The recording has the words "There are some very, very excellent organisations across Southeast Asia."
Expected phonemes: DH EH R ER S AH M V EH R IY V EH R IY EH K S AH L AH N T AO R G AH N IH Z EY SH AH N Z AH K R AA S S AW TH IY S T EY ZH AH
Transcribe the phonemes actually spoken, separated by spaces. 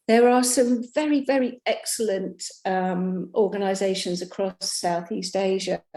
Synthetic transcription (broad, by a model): DH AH R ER S AH M V EH R IY V EH R IY EH K S AH L AH N T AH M G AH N IH Z EY SH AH N Z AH K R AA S S AW TH IY S T EY ZH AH